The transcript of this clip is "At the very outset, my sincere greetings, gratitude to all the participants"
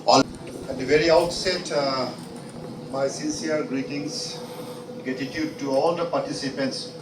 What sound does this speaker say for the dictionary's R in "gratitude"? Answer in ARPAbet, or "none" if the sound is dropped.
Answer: none